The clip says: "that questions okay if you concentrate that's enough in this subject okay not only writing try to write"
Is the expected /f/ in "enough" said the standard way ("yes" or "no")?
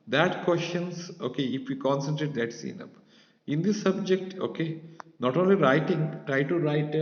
no